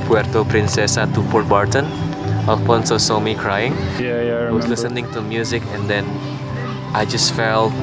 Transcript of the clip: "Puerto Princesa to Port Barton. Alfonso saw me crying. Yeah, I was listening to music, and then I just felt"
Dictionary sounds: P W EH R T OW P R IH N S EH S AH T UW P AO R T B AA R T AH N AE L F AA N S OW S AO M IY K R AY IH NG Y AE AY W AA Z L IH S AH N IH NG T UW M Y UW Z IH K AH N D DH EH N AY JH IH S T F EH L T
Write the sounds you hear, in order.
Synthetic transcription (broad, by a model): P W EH R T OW P R IH N S EH S AH T UW P AO R T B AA R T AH N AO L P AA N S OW S AO M IY K R AY IH NG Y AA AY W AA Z L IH S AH N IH NG T UW M Y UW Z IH K AH N D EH N AY JH IH S T F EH L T